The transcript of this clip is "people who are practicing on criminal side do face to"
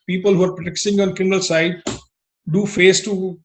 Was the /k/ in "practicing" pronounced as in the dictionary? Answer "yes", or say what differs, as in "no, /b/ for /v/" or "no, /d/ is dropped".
no, /k/ is dropped